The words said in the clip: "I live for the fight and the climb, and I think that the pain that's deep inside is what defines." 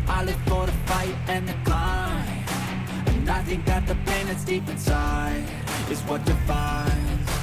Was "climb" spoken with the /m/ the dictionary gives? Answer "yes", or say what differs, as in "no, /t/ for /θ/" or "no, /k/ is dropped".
no, /m/ is dropped